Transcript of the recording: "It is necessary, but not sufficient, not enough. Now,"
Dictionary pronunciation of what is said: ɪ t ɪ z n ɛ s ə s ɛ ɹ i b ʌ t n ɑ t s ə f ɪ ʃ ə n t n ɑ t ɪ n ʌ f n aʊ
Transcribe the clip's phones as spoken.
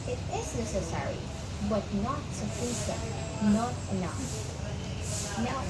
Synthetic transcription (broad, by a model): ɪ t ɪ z n ɛ s ə s ɛ ɹ i b ʌ t n ɑ t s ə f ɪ s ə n n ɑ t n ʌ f n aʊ